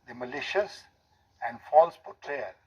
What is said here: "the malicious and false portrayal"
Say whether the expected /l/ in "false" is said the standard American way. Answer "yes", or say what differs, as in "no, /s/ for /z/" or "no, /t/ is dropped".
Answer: yes